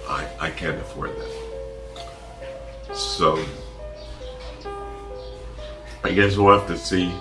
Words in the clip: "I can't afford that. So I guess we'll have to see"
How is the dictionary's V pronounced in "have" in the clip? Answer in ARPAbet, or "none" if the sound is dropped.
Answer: F